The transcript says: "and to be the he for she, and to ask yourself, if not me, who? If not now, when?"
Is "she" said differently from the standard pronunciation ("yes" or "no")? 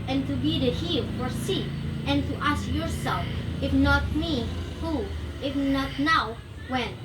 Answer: yes